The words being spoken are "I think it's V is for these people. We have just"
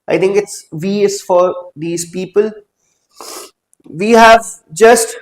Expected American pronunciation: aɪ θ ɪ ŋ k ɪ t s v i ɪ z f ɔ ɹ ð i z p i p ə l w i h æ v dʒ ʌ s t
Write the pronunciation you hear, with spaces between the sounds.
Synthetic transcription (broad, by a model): aɪ t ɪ ŋ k ɪ t s v i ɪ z f ɔ ɹ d i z p i p ə l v i h æ v dʒ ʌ s t